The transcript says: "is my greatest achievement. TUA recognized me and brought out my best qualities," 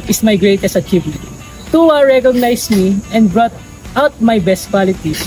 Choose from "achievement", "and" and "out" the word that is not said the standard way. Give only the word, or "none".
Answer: achievement